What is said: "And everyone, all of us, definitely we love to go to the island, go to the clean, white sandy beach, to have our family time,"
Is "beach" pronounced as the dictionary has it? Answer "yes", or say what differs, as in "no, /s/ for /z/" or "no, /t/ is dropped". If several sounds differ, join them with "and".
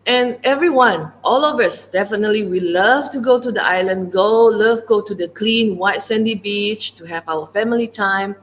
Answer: yes